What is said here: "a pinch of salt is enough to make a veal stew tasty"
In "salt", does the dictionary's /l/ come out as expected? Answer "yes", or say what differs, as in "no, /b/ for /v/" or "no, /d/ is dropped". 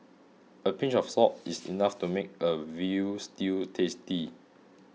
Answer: no, /l/ is dropped